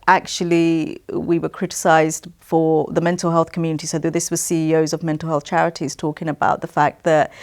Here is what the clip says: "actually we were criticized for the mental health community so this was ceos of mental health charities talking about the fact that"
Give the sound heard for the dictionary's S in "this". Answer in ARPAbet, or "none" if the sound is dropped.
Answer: S